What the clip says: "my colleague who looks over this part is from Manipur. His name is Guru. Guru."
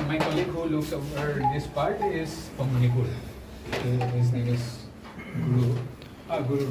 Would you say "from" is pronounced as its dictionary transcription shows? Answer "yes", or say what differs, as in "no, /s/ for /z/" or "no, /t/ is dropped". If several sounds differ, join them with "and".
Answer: no, /p/ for /f/